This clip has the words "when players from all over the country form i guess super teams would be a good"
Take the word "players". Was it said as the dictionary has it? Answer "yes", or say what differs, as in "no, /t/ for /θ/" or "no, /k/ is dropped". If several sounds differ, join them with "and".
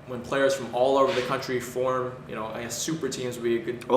yes